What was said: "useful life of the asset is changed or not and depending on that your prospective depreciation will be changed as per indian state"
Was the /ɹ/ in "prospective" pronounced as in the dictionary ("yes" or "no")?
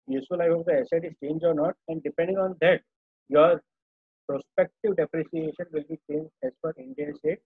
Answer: yes